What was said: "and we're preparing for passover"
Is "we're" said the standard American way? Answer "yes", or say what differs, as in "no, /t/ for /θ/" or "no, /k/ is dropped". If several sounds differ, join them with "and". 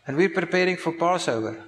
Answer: yes